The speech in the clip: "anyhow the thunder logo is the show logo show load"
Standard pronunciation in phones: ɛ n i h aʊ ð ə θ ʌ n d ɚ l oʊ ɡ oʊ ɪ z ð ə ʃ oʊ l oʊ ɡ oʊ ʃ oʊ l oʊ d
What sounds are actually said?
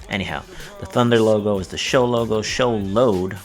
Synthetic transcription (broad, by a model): ɛ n i h aʊ ð ə θ ʌ n d ɚ l oʊ ɡ oʊ ɪ z ð ə ʃ oʊ l oʊ ɡ oʊ ʃ oʊ l oʊ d